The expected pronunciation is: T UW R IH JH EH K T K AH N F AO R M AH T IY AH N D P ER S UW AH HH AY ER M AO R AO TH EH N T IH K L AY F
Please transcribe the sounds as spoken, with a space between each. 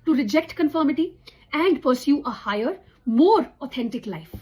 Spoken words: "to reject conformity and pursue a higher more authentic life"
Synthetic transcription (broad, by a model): T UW R IH JH EH K T K AH N F AO R M AH T IY AH N D P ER S UW AH HH AY ER M AO R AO T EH N T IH K L AY F